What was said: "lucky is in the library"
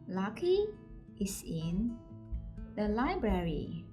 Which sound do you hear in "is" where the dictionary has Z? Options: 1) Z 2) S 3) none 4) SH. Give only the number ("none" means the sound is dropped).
2